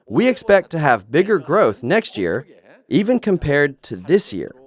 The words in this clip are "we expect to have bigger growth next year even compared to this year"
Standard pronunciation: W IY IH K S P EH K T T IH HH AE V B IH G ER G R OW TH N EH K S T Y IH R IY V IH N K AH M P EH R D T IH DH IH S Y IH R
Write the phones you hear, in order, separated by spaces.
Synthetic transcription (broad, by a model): W IY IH K S P EH K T T IH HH V B IH G ER G R OW TH N EH K S T Y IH R IY V IH N K AH M P EH R D T IH DH IH S Y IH R